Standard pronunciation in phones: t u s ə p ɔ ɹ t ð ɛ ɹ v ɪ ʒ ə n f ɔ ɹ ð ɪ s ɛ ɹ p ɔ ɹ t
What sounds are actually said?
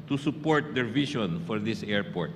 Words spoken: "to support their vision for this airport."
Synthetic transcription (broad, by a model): t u s ə p ɔ ɹ t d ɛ ɹ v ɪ ʃ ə n f ɔ ɹ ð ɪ s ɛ ɹ p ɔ ɹ t